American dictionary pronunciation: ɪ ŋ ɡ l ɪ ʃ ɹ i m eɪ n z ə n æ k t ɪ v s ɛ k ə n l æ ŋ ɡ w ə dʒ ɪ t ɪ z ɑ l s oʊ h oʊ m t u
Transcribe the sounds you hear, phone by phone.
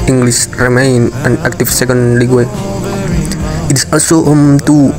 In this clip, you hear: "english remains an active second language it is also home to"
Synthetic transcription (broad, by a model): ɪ ŋ ɡ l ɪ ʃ ɹ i m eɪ n ə n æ k t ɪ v s ɛ k ə n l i ɡ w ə ɪ t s ɑ l s oʊ h oʊ m t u